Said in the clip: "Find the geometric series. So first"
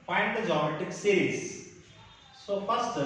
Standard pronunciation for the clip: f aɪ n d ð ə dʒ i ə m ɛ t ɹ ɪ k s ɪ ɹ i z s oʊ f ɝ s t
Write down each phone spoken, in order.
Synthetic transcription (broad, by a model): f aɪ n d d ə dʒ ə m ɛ t ɪ k s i ɹ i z s oʊ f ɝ s t